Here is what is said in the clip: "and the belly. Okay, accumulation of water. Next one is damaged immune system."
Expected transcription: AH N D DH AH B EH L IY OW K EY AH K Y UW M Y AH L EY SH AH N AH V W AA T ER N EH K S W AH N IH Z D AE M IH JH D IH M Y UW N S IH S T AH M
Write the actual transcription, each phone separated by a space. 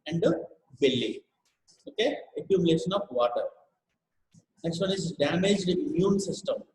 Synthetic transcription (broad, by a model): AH N D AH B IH L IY OW K EY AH K Y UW M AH L EY SH AH N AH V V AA T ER N EH K S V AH N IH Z D AE M IH JH D IH M Y UW N S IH S T AH M